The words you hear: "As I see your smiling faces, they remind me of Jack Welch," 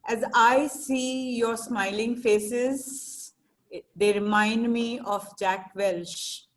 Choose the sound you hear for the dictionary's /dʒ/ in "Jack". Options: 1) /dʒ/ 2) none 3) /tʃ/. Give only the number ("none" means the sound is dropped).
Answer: 1